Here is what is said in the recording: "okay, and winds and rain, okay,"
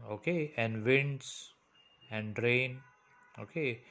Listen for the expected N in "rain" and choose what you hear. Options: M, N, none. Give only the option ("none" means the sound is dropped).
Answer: N